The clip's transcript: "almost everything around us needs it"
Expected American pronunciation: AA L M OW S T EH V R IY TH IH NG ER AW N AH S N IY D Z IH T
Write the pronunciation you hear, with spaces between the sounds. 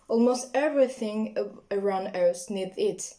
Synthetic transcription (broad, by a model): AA L M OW S T EH V R IY TH IH NG ER AW N AH S N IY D IH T